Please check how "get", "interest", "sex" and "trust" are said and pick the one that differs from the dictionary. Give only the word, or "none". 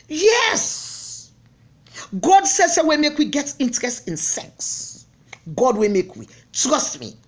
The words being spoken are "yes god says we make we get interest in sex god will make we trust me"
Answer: none